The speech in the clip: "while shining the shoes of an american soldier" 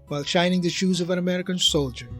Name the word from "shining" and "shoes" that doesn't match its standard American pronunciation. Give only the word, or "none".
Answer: none